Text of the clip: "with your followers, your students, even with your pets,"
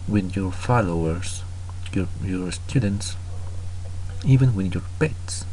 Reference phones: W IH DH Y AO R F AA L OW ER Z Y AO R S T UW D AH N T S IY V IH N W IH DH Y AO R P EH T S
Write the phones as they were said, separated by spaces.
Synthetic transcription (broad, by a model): W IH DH Y AO R F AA L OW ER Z Y AO R S T UW D AH N T S IY V IH N W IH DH Y AO R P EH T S